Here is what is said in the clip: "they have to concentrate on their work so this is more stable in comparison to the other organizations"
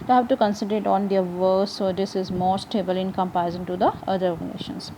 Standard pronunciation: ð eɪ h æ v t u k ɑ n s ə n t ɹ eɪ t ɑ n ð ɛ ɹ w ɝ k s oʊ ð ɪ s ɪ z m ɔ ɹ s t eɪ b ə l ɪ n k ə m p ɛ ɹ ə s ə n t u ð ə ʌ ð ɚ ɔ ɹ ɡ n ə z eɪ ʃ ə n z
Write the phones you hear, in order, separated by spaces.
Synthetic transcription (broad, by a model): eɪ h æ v t u k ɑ n s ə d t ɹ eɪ t ɑ n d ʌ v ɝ s oʊ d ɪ s ɪ z m ɔ ɹ s t eɪ b ə l ɪ n k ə m p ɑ ə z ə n t u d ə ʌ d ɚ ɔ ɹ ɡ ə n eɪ ʃ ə n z